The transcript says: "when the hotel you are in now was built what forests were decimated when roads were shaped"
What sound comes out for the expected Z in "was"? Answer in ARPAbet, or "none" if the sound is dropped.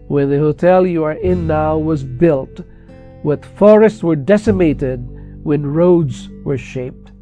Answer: Z